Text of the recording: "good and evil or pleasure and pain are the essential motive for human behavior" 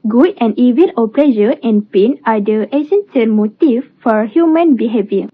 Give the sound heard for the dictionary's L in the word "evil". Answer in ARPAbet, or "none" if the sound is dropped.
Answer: N